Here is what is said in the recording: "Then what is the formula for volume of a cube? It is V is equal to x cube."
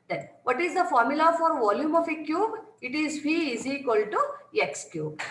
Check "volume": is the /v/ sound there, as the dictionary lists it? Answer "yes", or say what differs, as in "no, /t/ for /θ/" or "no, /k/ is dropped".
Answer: yes